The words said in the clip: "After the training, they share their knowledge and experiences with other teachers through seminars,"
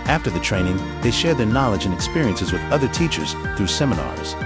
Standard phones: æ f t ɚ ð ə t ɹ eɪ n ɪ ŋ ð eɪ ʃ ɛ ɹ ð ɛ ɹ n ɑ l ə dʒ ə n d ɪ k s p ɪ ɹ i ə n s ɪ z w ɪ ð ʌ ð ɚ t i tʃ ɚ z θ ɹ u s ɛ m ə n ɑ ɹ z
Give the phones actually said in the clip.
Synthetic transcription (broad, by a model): æ f t ɚ ð ə t ɹ eɪ n ɪ ŋ ð eɪ ʃ ɛ ɹ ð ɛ ɹ n ɑ l ə dʒ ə n ɪ k s p ɪ ɹ i ə n s ɪ z w ɪ ð ʌ ð ɚ t i tʃ ɚ z θ ɹ u s ɛ m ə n ɑ ɹ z